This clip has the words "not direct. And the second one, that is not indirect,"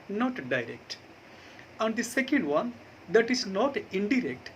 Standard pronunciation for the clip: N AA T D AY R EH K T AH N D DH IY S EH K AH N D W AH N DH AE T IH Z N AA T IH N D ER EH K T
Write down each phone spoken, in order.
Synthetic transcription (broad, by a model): N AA T D AY R EH K T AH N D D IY S EH K AH N D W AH N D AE T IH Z N AA T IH N D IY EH K T